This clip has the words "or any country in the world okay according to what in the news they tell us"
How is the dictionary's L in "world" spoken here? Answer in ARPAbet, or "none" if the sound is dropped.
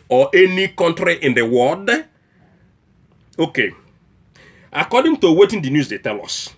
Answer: none